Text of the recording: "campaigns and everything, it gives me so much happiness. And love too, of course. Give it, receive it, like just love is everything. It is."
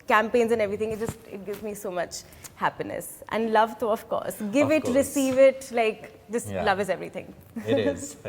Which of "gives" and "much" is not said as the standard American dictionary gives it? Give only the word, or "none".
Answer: none